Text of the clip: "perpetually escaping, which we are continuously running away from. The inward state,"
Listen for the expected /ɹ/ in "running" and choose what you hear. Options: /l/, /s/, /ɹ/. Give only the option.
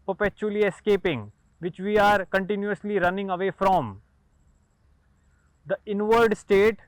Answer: /ɹ/